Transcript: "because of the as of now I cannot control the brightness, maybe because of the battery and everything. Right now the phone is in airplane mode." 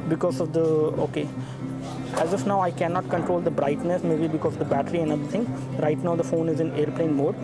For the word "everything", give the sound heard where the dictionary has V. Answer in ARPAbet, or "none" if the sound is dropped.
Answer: B